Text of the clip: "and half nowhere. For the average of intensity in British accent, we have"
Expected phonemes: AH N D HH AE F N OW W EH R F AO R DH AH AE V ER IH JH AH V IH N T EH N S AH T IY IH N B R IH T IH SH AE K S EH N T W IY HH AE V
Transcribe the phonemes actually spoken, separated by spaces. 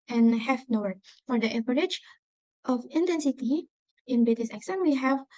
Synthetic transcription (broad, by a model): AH N HH AE F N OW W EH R F AO R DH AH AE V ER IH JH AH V IH N T EH N S AH T IY IH N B IH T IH S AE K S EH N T W IY HH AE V